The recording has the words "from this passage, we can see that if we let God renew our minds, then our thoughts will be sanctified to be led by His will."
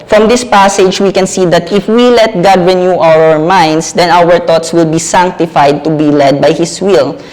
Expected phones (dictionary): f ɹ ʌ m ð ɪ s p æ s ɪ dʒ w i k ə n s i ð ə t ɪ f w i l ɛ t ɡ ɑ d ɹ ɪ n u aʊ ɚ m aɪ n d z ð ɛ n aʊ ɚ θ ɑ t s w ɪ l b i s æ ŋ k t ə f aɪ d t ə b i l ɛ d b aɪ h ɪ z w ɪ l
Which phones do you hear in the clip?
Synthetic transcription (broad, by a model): f ɹ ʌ m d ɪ s p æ s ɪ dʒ w i k ə n s i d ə t ɪ f w i l ɛ t ɡ ɑ d ɹ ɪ n u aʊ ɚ m aɪ n d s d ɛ n aʊ ɚ t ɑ t s w ɪ l b i s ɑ ŋ k t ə f aɪ d t ə b i l ɛ d b aɪ h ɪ s w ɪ l